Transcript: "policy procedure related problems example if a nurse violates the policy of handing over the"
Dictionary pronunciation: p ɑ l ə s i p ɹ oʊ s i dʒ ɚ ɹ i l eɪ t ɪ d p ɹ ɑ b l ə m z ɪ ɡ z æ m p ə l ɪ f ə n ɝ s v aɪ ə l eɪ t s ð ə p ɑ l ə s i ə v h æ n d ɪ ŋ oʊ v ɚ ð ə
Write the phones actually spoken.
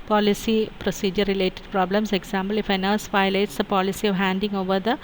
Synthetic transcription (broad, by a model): p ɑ l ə s i p ɹ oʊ s i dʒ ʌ ɹ i l eɪ t ɪ d p ɹ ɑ b l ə m s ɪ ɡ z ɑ m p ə l ɪ f ə n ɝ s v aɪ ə ɪ t s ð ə p ɑ l ə s i ə v h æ n d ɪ ŋ oʊ v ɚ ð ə